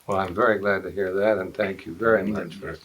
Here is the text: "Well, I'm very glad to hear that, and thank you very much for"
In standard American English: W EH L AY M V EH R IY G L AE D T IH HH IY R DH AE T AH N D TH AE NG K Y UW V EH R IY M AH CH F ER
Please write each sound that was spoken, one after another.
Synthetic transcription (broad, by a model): W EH L AY M V EH R IY G L AE D T IH HH IY R DH AE T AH N TH AE NG K Y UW V EH R IY M AH CH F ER